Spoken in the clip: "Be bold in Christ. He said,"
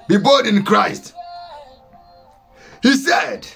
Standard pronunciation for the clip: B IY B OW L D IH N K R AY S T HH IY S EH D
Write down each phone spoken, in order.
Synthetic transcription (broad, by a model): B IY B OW D IH N K R AY S T HH IY S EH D